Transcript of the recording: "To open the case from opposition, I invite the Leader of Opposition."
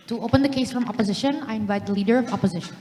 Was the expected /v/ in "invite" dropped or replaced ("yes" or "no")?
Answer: no